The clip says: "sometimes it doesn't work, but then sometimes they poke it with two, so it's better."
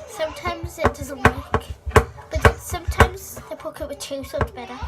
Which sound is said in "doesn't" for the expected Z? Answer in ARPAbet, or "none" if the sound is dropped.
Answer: Z